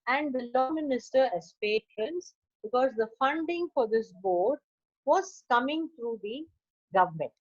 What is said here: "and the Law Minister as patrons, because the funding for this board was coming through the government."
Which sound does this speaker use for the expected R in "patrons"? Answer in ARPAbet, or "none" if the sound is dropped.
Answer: none